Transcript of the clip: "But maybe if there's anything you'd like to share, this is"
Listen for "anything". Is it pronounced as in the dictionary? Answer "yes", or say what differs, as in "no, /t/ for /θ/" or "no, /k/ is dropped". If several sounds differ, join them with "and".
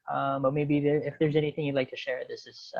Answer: yes